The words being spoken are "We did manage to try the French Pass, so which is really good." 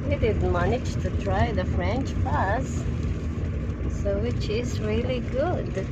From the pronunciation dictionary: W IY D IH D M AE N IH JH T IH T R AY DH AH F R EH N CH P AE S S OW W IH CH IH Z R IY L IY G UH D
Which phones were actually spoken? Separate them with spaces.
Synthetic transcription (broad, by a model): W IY D IH D M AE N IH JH T IH T R AY DH AH F R EH N CH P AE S S OW W IH CH IH Z R IY L IY G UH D